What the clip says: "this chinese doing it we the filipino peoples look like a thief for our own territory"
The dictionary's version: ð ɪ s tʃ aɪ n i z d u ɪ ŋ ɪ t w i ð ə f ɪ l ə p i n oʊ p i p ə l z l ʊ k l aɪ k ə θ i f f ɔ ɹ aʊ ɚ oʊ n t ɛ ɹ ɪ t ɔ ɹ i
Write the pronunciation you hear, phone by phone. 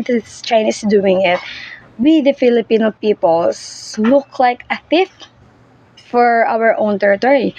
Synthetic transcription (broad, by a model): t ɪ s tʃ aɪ n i s d u ɪ ŋ ɪ t w i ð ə f ɪ l ə p i n oʊ p i p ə l s l ʊ k l aɪ k ə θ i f f ɔ ɹ aʊ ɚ oʊ n t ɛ ɹ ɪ t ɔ ɹ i